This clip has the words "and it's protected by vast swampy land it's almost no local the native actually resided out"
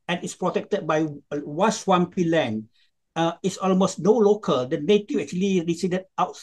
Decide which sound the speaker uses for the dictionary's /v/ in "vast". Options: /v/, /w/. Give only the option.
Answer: /w/